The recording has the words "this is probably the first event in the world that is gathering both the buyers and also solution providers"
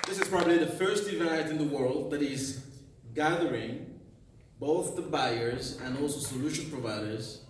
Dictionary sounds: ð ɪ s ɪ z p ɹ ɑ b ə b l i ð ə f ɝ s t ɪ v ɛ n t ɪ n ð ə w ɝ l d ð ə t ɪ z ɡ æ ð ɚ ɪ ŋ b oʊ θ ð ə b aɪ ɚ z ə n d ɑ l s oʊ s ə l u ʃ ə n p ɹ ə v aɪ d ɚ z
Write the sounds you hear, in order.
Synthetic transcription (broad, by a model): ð ɪ s ɪ z p ɹ ɑ b ə b l i ð ə f ɝ s t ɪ v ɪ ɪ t ɪ n ð ə w ɝ l d ð ə t ɪ z ɡ æ ð ɚ ɪ ŋ b oʊ θ ð ə b aɪ ɚ z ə n ɑ l s oʊ s ə l u ʃ ə n p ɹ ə v aɪ d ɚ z